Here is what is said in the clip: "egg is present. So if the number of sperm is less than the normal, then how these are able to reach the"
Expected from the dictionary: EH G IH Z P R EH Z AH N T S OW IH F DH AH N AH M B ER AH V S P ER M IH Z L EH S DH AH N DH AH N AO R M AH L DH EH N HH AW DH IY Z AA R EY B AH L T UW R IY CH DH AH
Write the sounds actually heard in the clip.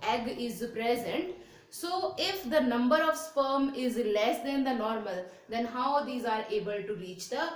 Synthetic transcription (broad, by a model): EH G IH Z P R EH Z AH N T S OW IH F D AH N AH M B ER AH V S P ER M IH Z L EH S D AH N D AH N AO R M AH L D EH N HH AW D IY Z AA R EY B AH L T UW R IY CH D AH